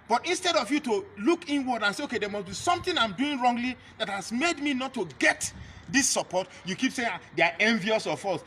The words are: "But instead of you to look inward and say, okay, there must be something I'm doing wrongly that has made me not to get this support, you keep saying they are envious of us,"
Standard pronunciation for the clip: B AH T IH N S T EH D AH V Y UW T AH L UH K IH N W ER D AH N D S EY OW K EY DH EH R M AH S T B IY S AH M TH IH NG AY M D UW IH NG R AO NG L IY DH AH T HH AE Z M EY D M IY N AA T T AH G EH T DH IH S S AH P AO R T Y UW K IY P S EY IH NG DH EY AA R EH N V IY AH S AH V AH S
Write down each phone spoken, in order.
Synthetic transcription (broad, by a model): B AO T IH N S T EH D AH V Y UW T AH L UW K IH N W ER D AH N S EY OW K EY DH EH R M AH S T B IY S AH M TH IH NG AY M D UW IH NG R AO NG L IY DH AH T HH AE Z M EY D M IY N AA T T AH G EH T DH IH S S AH P AO T Y UW K IY P S EY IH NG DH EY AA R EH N V IY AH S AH F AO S